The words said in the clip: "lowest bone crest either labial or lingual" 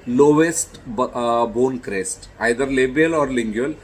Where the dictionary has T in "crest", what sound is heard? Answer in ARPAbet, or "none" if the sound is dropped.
T